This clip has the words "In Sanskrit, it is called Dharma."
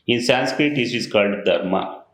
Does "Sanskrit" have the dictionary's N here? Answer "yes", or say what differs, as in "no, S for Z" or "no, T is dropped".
yes